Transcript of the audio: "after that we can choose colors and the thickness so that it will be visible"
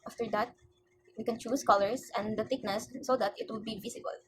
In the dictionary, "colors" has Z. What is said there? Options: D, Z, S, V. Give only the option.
S